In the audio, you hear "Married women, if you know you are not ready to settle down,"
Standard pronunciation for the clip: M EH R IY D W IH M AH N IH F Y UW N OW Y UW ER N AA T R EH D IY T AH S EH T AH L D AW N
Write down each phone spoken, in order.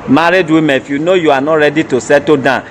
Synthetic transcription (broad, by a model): M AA R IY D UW AH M IH F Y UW N OW Y UW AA N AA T R EH D IY T AH S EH T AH D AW